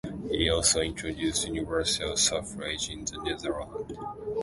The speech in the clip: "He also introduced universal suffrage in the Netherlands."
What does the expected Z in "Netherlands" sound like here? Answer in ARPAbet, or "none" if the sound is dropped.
none